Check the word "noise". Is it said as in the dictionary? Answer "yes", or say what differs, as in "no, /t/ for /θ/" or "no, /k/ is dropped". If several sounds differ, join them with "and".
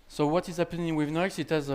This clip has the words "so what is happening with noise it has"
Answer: no, /s/ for /z/